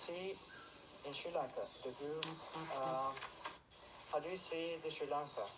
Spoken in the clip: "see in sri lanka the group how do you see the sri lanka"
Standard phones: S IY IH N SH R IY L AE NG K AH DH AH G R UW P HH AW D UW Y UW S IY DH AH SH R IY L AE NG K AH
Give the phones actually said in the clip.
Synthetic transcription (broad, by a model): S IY IH N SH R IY L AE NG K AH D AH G UW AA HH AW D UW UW S IY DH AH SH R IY L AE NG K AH